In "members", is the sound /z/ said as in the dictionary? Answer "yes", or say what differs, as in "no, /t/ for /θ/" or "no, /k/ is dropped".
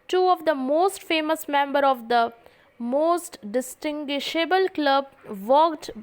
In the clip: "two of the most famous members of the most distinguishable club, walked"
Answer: no, /z/ is dropped